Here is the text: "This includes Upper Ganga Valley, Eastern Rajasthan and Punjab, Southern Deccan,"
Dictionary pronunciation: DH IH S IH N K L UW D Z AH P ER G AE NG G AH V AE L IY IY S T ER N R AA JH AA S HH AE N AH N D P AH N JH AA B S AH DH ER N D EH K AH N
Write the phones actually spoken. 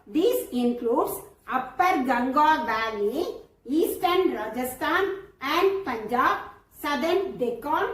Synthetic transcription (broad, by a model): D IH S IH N K L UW D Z AH P ER G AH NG G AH B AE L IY IY S T ER N R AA JH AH S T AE N AH N D P AH N JH AA B S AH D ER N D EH K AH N